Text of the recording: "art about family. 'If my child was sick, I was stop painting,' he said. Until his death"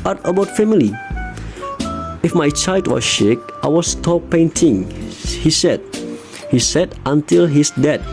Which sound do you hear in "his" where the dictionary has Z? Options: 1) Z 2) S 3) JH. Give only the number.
2